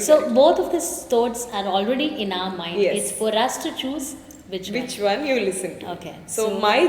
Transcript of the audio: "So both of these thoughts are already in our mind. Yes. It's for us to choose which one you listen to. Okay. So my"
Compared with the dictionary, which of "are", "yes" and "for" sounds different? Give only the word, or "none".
yes